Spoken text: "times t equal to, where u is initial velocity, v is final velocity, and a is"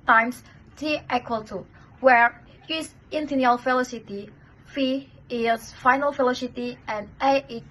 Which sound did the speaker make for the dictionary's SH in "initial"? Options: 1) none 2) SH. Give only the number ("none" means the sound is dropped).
1